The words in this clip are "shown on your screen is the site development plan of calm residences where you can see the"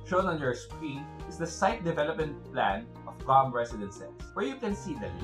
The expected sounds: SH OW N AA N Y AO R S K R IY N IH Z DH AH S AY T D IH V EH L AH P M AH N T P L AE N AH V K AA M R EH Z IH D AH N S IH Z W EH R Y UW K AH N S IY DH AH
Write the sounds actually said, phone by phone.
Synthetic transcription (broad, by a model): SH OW N AA N Y AO R S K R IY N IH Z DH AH S AY T D IH V EH L AH P M AH N T P L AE N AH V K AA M R EH S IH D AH N S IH S W EH R Y UW K AH N S IY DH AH